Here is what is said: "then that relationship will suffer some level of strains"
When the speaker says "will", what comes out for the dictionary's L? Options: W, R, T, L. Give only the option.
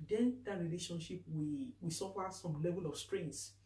W